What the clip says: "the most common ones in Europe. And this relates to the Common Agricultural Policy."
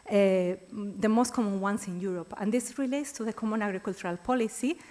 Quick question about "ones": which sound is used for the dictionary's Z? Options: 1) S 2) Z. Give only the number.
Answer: 1